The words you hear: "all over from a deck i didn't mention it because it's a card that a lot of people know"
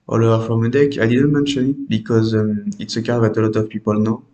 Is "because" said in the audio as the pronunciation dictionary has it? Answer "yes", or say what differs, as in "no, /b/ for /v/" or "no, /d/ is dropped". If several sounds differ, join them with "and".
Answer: yes